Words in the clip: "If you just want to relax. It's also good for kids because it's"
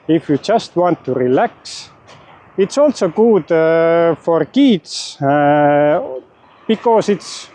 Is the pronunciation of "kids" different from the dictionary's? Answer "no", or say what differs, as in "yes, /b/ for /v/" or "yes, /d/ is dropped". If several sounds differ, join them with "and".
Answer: yes, /s/ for /z/